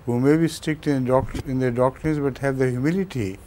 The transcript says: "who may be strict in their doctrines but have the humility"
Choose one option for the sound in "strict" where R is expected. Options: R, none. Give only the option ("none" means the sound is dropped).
none